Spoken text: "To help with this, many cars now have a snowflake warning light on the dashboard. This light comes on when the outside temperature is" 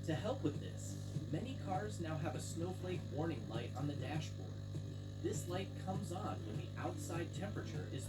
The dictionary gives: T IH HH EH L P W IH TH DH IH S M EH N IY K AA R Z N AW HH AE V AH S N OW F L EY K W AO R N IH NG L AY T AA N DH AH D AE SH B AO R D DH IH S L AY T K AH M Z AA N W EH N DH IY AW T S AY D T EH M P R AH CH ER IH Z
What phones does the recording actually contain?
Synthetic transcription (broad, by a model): T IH HH EH L P W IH DH IH S M EH N IY K AA R Z N AW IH V AH S N OW F L EY K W AO R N IH NG L AY T N DH AH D AE SH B AO R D DH IH S L AY T K AH M Z N W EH N DH IY AW T S AY D T EH M P R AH CH ER IH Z